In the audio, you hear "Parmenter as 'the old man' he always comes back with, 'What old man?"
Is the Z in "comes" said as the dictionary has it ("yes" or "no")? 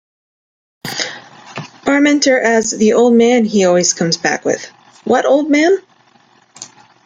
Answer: yes